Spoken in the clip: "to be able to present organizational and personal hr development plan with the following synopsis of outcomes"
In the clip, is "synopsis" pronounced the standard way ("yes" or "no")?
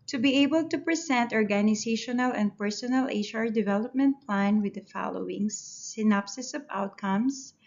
yes